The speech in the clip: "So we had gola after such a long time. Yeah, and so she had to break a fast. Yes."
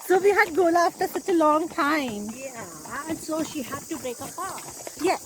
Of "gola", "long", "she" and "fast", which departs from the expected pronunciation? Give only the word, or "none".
fast